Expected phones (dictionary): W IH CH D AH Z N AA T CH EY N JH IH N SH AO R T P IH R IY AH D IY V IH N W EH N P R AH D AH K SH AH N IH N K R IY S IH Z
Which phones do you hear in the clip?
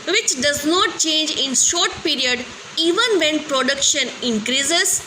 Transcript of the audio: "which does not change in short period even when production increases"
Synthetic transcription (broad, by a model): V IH CH D AH Z N AA T CH EY N JH IH N SH AO R T P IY R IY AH D IY V IH N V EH N P R AH D AH K SH AH N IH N K R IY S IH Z